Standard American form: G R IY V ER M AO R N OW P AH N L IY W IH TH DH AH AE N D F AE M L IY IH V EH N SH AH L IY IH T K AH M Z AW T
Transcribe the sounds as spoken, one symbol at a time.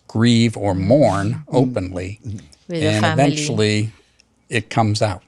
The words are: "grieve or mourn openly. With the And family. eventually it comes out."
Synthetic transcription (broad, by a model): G R IY V ER M AO R N OW P AH N L IY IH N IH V EH N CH L IY IH T K AH M Z AW T